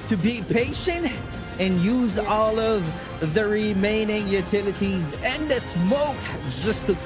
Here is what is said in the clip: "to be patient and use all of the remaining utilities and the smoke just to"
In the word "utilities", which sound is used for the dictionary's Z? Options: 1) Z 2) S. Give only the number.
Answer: 1